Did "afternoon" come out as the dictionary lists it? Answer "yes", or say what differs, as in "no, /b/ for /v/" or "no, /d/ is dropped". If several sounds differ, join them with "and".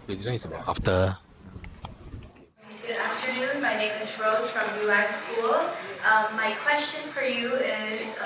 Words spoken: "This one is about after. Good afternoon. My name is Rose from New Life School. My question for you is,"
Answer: yes